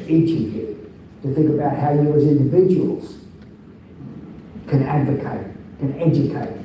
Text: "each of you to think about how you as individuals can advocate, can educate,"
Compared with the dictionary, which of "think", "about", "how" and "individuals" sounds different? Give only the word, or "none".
none